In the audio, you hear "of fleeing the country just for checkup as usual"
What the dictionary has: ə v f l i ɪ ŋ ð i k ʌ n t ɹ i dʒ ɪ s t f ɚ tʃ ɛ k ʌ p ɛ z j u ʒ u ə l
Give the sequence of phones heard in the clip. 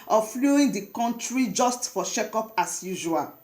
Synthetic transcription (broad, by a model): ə f l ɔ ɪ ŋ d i k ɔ n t ɹ i dʒ ɪ s t f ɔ ʃ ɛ k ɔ p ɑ s j u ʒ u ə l